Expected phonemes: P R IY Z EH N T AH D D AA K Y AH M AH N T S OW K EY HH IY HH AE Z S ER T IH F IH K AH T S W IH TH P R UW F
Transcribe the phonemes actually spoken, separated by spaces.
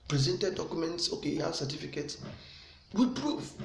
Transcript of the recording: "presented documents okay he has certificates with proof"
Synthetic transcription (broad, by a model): P R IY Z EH N T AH D D AA K Y AH M AH N T S OW K EY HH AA S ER T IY F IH K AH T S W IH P R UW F